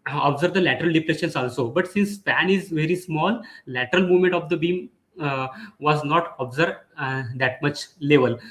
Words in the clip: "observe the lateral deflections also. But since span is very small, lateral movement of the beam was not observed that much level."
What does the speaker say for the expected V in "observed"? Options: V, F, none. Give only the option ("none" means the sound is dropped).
none